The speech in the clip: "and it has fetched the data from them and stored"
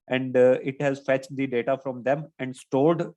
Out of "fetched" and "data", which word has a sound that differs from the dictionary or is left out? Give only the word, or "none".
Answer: none